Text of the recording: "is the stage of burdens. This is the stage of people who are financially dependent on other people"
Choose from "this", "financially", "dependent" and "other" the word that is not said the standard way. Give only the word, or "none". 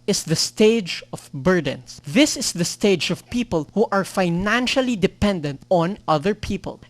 none